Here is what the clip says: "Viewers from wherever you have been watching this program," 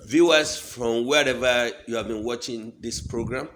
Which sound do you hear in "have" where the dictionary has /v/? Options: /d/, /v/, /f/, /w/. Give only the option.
/v/